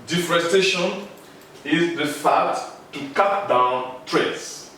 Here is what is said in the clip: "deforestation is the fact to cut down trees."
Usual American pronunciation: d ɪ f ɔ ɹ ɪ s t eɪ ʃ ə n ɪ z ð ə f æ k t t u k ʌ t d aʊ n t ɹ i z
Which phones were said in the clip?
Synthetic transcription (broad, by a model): d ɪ f ɹ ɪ s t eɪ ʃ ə n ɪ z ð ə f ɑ t t u k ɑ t d aʊ n t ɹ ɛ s